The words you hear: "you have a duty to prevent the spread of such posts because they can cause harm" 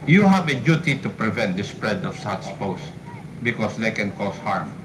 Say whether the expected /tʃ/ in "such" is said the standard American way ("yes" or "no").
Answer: no